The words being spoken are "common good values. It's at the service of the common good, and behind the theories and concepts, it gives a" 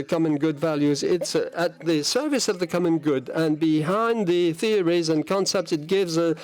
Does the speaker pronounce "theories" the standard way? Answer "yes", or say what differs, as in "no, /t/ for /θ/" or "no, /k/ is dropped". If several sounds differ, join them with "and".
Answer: yes